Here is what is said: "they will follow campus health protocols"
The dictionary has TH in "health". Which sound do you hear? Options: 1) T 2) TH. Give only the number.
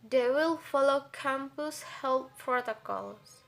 1